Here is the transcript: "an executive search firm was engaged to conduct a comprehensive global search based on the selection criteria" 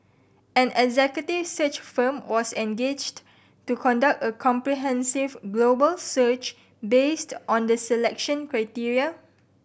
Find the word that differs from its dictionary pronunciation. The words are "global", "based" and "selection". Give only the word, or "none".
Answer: none